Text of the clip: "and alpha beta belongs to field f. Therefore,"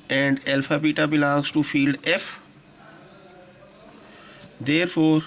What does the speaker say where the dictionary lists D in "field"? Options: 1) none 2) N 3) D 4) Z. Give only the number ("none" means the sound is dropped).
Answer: 3